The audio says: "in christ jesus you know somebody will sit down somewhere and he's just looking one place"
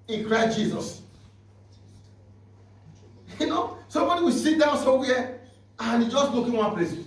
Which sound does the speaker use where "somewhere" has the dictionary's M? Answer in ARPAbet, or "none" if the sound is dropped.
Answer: none